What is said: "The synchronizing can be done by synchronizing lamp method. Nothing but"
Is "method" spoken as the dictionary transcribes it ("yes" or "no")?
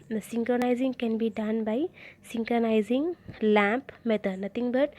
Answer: no